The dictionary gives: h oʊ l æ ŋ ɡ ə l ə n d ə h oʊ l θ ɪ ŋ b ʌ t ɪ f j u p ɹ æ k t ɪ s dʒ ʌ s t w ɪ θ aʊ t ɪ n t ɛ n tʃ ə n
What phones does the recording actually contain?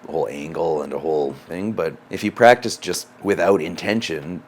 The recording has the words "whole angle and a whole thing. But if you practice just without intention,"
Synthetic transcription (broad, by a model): h oʊ l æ ŋ ɡ l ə n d ə h oʊ l θ ɪ ŋ b ʌ t ɪ f j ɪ p ɹ æ k t ɪ s dʒ ʌ s t w ɪ θ aʊ t ɪ n t ɛ n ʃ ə n